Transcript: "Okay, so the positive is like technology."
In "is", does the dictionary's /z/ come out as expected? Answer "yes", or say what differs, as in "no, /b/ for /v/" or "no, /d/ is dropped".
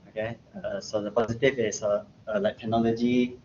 no, /s/ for /z/